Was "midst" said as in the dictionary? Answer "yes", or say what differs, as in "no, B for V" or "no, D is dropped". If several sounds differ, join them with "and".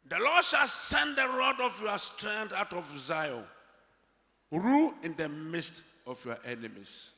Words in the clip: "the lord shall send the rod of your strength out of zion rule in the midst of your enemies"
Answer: yes